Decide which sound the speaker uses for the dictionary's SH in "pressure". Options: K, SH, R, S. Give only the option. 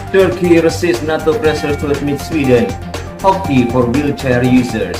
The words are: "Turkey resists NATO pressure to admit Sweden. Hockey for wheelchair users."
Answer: S